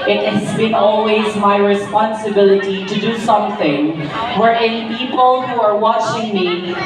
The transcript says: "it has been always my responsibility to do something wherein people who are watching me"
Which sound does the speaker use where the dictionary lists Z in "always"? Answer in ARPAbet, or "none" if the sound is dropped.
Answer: Z